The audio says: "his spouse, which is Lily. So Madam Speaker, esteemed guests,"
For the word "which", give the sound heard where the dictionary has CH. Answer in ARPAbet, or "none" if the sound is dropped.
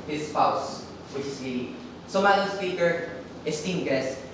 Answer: S